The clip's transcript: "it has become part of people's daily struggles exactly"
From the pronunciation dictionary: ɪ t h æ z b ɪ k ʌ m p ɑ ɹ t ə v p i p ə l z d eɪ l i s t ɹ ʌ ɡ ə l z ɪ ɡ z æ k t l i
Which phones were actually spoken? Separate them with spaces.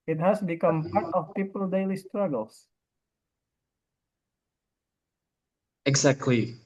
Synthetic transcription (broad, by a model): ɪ t h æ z b ɪ k ʌ m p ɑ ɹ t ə f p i p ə l d eɪ l i s t ɹ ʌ ɡ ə l s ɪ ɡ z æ k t l i